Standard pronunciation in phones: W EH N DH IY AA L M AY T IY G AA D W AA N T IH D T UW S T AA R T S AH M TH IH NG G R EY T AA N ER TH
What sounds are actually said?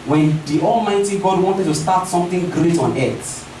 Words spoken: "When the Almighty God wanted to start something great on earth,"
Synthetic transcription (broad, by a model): W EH N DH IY AA L M AY T IY G AA D W AA N T IH D T UW S T AA T S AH M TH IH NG G R EY T AA N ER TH